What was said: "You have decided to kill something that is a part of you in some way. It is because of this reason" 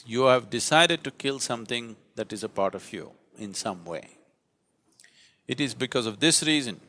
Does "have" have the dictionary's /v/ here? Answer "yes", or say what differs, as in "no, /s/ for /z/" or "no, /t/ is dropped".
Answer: yes